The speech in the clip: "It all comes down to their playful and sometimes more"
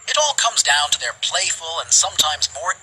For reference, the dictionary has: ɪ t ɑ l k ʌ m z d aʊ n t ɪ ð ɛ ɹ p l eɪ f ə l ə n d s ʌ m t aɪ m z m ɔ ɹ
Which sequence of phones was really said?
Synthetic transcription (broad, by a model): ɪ t ɑ l k ʌ m z d aʊ n t ɪ ð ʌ ɹ p l eɪ f ə l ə n s ʌ m t aɪ m z m ɔ ɹ